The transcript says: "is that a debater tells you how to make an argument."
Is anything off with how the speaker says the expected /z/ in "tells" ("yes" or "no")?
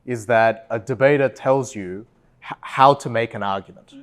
no